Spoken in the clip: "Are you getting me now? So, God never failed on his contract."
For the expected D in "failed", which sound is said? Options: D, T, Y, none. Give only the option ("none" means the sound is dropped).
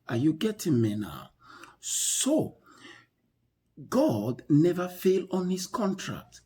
none